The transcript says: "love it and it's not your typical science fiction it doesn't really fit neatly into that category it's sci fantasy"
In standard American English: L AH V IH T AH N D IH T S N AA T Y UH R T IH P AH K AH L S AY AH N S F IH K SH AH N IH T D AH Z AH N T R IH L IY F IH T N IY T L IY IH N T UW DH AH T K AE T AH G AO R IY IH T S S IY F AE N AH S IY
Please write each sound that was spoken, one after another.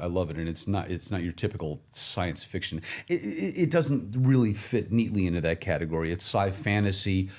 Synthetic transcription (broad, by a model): L AH V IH T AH N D IH T S N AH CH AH R T IH P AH K L S AY AH N S F IH K SH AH N IH T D AH Z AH N T R IH L IY F IH T N IY T L IY IH N T UW DH AH T K AE T AH G AO R IY IH T S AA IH F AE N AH S IY